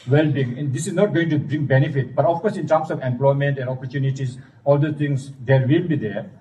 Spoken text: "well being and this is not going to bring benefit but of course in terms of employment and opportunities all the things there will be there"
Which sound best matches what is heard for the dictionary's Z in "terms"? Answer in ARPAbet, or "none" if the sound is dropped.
S